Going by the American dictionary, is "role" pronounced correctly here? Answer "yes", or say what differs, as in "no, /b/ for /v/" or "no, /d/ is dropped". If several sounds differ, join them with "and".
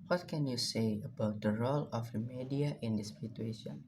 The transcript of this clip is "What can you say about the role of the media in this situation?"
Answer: yes